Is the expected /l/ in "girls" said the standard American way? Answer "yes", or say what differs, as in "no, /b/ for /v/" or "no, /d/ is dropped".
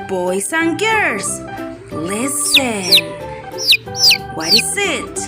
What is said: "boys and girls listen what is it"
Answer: no, /l/ is dropped